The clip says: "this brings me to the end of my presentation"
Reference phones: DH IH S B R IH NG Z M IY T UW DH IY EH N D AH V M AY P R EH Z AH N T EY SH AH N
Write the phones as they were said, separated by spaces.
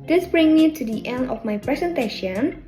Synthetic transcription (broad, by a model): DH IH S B R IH NG M IY T UW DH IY EH N D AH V M AY P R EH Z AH N T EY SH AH N